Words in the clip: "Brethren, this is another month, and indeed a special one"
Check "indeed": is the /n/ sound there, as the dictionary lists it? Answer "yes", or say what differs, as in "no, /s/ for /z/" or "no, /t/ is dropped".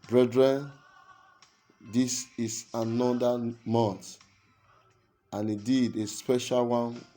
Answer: no, /n/ is dropped